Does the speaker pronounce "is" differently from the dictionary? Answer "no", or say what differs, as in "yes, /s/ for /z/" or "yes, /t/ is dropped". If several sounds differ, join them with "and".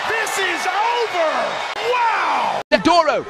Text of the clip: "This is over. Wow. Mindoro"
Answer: no